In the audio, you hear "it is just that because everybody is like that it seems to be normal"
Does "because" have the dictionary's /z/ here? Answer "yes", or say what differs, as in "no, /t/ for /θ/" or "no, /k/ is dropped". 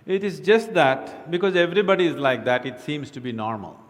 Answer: yes